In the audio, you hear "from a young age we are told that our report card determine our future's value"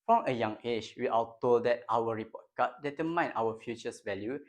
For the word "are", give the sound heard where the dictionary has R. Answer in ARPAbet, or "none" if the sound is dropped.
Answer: L